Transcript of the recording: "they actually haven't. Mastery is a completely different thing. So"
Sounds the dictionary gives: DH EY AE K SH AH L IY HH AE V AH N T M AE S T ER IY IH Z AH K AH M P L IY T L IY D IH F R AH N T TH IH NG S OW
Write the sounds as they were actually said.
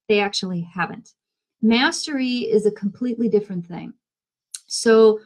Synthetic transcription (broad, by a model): DH EY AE K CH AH L IY HH AE V AH N T M AE S T ER IY IH Z AH K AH M P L IY T L IY D IH F R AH N TH IH NG S OW